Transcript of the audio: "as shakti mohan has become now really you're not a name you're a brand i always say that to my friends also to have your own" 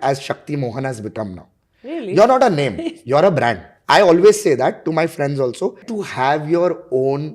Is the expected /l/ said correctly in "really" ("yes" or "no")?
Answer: no